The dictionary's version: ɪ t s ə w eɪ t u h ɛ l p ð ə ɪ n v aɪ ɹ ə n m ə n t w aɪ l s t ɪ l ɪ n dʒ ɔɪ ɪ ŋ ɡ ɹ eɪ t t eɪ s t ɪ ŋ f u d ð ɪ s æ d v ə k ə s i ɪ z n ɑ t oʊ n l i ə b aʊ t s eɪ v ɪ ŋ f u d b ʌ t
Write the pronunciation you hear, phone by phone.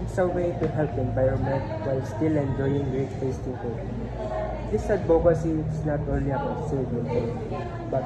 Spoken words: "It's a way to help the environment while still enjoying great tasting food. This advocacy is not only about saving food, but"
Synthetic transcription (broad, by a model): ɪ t s ə w eɪ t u h ɛ l p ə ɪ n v aɪ ɹ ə n m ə n t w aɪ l s t ɪ l ɪ n dʒ ɔɪ ɪ ŋ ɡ ɹ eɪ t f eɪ s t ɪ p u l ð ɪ s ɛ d b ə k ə s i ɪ s n ɑ t oʊ n l i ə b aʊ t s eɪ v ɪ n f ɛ b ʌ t